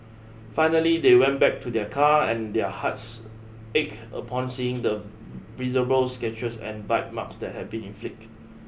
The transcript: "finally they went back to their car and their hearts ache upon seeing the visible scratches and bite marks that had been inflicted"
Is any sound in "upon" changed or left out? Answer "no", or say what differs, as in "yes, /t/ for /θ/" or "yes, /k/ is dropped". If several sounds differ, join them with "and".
no